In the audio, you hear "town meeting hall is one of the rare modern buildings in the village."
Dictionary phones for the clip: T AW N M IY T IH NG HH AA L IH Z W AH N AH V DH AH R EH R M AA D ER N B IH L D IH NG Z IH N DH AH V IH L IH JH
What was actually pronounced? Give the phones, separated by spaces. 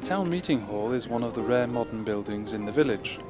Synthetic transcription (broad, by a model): T AW N M IY T IH NG HH AA L IH Z W AH N AH V DH AH R EH M AA D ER N B IH L D IH NG Z IH N DH AH V IH L IH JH